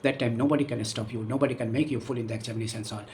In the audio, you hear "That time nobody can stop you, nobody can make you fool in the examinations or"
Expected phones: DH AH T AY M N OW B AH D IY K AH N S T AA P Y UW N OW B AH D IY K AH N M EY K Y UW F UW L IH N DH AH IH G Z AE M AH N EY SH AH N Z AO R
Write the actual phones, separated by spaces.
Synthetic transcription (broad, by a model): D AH T AY M N OW B AH D IY K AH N S T AA P Y UW N OW B AH D IY K AH N M EY K Y UW F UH L IH N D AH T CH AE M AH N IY S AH N S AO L